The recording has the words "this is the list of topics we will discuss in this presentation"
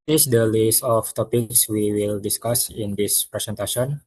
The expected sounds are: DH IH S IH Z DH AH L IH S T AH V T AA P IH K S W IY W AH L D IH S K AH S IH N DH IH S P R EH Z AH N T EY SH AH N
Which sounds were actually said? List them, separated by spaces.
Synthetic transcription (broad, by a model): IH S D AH L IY S T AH F T AA P IH K S W IY W AH L D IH S K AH S IH N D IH S P R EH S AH N T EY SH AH N